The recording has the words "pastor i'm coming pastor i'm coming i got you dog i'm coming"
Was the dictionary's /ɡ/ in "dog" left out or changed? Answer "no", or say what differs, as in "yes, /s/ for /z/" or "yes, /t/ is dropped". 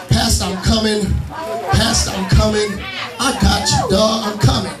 yes, /ɡ/ is dropped